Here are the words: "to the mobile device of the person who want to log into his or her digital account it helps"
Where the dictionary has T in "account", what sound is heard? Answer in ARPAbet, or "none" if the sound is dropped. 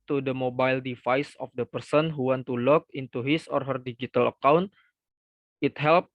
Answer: T